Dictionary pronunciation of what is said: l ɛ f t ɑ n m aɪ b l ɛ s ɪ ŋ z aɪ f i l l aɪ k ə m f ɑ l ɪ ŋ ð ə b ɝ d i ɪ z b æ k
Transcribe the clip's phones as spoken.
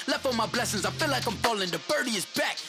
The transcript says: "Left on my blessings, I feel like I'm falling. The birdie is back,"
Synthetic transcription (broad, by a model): l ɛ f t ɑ m aɪ b l ɛ s ɪ ŋ z aɪ f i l l aɪ k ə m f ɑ l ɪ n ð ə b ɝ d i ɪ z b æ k